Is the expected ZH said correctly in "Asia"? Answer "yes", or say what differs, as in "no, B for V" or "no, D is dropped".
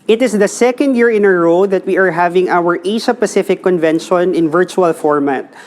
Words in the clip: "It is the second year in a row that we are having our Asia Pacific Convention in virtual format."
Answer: no, SH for ZH